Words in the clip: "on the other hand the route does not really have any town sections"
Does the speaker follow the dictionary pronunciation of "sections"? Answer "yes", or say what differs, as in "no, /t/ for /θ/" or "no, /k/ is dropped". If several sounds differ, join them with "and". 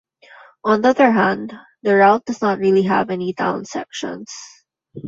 no, /s/ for /z/